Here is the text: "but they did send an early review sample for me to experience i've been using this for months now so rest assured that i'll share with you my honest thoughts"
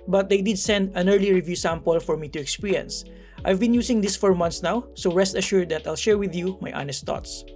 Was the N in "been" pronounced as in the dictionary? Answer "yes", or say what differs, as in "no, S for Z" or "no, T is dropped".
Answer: yes